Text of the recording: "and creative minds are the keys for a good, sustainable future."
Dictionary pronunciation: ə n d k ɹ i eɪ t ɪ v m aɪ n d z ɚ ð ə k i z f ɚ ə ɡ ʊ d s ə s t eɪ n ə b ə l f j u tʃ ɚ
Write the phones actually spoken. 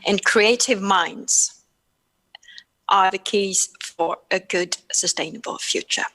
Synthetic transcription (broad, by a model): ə n k ɹ i eɪ t ɪ v m aɪ n d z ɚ ð ə k i z f ɚ ə ɡ ʊ d s ə s t eɪ n ə b ə l f j u tʃ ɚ